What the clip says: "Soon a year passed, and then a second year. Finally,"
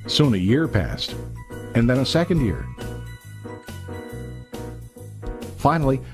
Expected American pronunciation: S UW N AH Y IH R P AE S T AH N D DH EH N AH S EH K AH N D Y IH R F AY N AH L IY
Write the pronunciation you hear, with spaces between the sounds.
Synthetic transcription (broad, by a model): S UW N AH Y IH R P AE S T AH N DH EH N AH S EH K AH N D Y IH R F AY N L IY